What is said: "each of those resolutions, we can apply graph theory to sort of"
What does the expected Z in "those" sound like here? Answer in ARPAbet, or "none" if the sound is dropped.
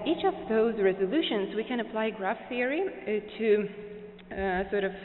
Z